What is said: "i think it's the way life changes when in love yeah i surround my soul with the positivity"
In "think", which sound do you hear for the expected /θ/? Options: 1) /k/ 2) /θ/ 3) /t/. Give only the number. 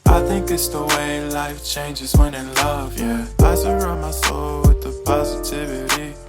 2